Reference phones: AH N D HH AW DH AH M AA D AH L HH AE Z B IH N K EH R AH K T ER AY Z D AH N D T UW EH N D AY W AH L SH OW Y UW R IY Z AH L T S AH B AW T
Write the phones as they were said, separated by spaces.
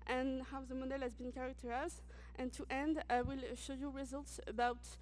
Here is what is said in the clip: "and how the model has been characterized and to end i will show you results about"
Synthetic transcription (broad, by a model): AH N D HH AW DH AH M AA D AH L HH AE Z B IH N K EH R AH K T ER AY Z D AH N T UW EH N D W AH L SH OW Y UW R IY Z AH L T S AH B AW T